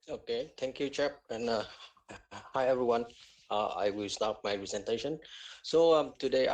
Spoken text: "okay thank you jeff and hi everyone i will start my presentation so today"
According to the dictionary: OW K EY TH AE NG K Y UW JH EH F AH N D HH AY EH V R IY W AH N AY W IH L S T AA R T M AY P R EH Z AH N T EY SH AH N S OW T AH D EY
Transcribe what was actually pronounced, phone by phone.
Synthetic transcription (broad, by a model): OW K EY T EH NG K Y UW CH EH P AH N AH HH AY EH V R IY W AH N AY W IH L S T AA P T M AY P R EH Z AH N T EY SH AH N S OW T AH D EY